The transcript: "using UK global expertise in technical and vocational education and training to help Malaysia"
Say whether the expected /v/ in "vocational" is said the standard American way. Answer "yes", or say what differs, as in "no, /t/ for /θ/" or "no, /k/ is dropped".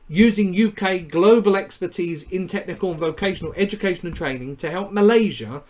yes